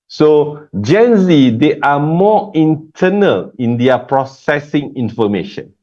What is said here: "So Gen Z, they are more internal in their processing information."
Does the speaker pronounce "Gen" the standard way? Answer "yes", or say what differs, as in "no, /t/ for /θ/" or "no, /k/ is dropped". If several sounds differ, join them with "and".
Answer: yes